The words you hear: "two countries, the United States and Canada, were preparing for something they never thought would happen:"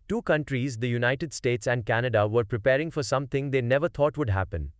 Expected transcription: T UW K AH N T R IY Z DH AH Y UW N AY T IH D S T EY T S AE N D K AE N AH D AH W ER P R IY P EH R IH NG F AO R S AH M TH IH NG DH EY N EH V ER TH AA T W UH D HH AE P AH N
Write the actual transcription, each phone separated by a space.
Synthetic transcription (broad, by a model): T UW K AH N T R IY Z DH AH Y UW N AY T IH D S T EY T S AE N D K AE N AH D AH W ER P R IY P EH R IH NG F AO R S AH M T IH NG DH EY N EH V ER T AA T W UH D HH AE P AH N